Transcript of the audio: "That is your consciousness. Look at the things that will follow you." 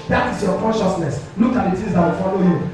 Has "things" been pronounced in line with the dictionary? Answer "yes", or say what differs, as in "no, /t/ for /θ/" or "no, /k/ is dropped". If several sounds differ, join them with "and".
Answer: no, /t/ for /θ/ and /ŋ/ is dropped